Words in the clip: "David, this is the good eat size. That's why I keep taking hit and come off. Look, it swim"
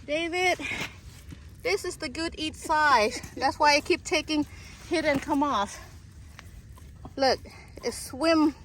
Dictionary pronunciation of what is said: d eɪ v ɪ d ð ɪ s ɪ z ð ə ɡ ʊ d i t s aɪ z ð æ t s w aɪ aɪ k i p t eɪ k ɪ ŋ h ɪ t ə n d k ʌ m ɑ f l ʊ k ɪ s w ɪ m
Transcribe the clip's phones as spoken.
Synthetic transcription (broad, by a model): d eɪ v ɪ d ð ɪ s ɪ z ð ə ɡ ʊ d i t s aɪ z ð æ t s w aɪ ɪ k i p t eɪ k ɪ ŋ h ɪ t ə n k ʌ m ɑ f l ʊ k ɪ s w ɪ m